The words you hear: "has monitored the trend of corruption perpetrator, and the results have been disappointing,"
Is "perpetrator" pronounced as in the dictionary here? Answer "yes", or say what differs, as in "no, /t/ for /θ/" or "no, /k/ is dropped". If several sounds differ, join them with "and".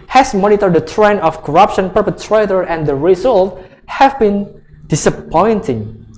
yes